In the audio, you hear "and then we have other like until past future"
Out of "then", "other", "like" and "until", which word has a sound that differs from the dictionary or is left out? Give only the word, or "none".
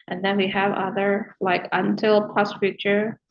none